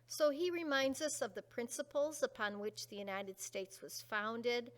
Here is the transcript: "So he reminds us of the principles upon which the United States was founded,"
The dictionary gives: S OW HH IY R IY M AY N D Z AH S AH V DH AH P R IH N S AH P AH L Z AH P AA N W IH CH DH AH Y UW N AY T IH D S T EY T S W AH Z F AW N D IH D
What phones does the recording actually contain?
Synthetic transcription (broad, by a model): S OW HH IY R IY M AY N D Z AH S AH V DH AH P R IH N S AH P L Z AH P AA N W IH CH DH AH Y UW N AY T IH D S T EY T S W AH Z F AW N D IH D